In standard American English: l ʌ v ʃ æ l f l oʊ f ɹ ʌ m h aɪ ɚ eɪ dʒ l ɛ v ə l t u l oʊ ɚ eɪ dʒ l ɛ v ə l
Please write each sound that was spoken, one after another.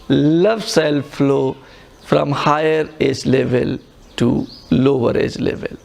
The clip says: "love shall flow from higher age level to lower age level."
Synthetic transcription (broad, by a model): l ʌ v s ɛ l f l oʊ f ɹ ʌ m h aɪ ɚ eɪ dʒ l ɛ v ə l t u l oʊ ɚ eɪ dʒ l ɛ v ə l